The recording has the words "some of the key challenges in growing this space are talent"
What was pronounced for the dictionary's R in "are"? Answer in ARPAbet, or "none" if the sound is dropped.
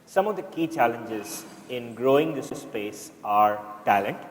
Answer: R